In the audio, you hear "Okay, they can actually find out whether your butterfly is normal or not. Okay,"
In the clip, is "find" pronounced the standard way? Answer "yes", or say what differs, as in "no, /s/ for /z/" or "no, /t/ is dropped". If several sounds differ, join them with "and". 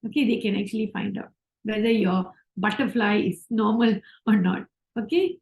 yes